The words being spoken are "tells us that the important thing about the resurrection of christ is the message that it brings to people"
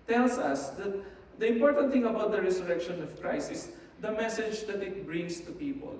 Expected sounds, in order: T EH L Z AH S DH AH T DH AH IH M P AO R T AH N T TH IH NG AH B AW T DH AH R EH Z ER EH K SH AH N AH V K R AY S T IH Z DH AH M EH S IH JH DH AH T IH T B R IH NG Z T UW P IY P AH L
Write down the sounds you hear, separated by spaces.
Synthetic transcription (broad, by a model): T EH L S AH S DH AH T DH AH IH M P AO R T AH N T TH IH NG AH B AW T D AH R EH S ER EH K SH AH N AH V K R AY S IH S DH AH M EH S IH JH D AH T IH T B R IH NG S T UW P IY P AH L